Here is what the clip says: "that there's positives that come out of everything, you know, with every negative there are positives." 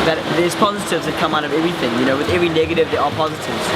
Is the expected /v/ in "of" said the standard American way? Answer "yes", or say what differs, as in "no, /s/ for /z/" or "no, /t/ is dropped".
yes